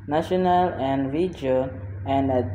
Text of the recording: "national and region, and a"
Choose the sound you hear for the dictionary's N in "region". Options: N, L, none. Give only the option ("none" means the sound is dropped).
none